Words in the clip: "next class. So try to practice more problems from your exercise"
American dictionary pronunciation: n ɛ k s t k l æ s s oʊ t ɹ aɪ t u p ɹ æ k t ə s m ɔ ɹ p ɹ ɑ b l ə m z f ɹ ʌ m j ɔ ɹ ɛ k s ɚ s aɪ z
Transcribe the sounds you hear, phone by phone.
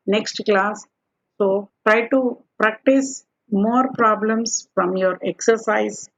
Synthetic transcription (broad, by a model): n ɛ k s t k l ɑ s s oʊ t ɹ aɪ t u p ɹ æ k t ə s m ɔ ɹ p ɹ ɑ b l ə m s f ɹ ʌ m j ɔ ɹ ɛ k s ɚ s aɪ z